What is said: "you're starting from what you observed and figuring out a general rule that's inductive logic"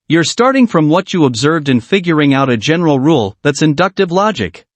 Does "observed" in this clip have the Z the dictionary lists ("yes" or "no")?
yes